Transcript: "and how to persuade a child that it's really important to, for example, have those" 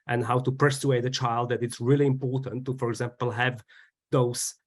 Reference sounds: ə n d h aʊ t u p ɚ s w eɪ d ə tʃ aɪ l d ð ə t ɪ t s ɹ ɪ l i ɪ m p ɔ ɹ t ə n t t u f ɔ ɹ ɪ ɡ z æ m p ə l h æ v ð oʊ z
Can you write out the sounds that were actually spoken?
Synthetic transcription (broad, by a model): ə n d h aʊ t u p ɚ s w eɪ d ə tʃ aɪ l d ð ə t ɪ t s ɹ ɪ l i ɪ m p ɔ ɹ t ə n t t u f ɔ ɹ ɪ ɡ z æ m p ə l h æ v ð oʊ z